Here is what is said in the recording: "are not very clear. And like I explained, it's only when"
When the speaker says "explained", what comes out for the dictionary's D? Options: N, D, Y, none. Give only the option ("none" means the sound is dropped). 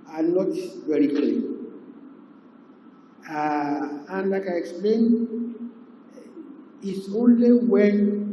none